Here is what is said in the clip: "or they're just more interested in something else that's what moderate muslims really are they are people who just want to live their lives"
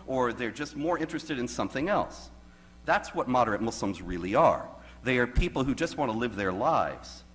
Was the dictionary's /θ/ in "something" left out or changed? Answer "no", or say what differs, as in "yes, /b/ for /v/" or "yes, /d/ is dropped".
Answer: no